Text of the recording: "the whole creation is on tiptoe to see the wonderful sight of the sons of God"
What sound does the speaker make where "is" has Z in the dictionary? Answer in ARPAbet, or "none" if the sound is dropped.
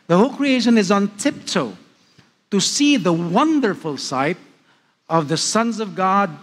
Z